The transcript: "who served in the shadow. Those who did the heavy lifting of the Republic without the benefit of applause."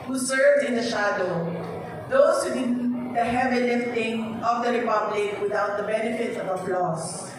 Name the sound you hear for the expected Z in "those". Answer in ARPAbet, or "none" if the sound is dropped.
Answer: S